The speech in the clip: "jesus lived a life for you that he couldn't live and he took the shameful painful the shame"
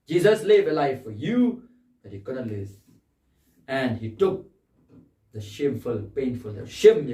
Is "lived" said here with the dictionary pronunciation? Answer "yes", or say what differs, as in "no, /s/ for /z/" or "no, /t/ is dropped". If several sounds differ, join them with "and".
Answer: no, /d/ is dropped